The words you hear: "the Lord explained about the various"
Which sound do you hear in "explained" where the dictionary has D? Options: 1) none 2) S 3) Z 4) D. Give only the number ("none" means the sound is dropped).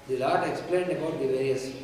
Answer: 4